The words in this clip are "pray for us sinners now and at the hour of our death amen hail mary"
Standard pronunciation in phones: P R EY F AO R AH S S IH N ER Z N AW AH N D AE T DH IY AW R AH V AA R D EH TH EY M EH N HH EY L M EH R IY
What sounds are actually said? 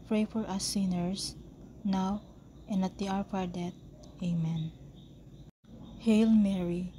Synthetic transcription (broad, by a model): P R EY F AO R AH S S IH N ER S N AW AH N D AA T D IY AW R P AA R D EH T EY M EH N HH EY L M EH R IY